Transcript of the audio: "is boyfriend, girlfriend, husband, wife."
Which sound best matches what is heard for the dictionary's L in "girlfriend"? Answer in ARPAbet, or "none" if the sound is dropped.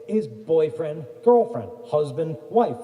L